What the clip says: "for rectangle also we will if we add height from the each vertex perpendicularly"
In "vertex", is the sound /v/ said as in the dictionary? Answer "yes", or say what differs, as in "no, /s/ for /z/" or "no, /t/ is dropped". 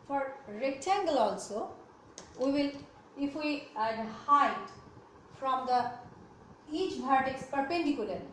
no, /b/ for /v/